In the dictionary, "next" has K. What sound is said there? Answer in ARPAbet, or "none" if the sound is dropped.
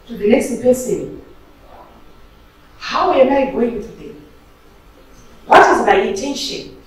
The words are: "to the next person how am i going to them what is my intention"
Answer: none